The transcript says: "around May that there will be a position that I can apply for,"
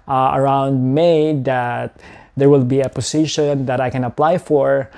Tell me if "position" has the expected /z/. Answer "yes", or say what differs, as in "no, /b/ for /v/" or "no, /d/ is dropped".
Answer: no, /s/ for /z/